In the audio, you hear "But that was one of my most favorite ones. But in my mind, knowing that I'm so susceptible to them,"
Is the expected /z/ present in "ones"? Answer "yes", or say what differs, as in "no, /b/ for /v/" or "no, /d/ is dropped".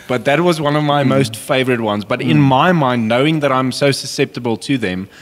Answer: yes